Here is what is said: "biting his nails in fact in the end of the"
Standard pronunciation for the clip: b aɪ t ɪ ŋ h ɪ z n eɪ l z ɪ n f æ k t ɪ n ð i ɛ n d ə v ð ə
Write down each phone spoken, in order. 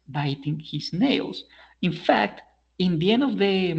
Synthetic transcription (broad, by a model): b aɪ t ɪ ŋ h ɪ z n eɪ l s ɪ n f æ k t ɪ n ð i ɛ n d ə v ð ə